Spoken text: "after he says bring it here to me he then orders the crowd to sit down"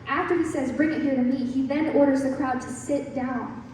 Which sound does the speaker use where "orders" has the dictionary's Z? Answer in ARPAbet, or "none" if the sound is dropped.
Z